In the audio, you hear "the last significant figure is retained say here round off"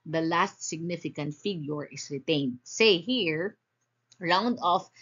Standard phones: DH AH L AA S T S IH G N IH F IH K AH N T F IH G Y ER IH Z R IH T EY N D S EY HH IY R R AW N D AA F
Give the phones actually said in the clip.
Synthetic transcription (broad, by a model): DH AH L AA S T S IH G N IH F IH K AH N T F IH G Y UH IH S R IH T EY N D S EY HH IY R R AW N D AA F